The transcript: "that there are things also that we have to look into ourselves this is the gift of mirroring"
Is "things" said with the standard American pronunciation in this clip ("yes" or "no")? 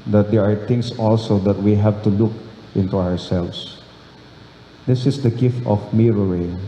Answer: no